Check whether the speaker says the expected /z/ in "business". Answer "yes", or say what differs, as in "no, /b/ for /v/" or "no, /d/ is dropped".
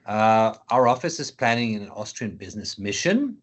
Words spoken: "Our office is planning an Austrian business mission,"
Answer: yes